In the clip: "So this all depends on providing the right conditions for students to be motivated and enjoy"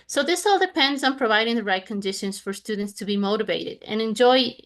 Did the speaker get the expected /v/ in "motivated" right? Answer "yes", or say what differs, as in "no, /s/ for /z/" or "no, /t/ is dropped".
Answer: yes